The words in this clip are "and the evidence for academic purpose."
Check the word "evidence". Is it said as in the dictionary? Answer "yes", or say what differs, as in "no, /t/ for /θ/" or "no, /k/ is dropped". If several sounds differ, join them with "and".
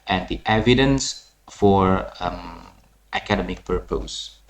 yes